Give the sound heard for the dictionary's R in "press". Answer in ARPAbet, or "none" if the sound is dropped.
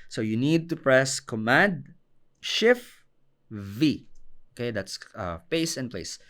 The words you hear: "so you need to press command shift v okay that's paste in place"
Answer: R